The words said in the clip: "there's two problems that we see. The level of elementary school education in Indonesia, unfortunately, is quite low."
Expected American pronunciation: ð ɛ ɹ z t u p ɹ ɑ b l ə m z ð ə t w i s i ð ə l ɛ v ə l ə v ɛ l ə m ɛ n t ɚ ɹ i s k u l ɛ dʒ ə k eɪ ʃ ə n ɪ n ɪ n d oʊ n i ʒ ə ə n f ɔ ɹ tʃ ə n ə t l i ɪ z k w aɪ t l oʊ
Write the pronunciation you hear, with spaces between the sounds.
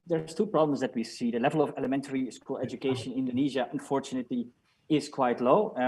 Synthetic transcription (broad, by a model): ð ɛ ɹ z t u p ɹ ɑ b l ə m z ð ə t w i s i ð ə l ɛ v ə l ə v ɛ l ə m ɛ n t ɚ ɹ i s k u l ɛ dʒ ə k eɪ ə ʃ ɪ n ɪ n d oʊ n i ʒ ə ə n f ɔ ɹ tʃ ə n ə t l i ɪ z k w aɪ t l oʊ